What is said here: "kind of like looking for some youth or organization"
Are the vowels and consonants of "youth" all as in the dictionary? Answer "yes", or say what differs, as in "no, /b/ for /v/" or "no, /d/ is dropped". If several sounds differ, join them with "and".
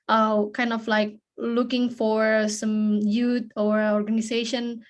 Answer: no, /t/ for /θ/